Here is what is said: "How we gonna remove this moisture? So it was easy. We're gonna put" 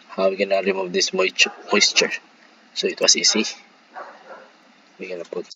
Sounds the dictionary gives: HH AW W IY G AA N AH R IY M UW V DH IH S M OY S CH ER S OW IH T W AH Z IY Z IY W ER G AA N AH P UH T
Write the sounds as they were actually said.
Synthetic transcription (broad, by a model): HH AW W IY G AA N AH R IY M UW V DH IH S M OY S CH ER S OW IH T W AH S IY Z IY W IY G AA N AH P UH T